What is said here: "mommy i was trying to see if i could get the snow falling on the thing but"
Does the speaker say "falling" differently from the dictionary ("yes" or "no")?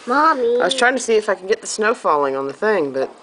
no